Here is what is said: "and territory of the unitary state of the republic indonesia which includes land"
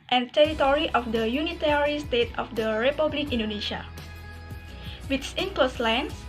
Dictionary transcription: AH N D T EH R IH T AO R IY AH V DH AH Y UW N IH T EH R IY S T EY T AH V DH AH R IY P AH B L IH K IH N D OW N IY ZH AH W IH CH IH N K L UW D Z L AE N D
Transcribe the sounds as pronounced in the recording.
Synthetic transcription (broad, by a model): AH N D T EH R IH T AO R IY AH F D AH Y UW N IH T EH R IY S T EY T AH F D AH R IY P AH B L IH K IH N D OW N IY SH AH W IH S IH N K L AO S L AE N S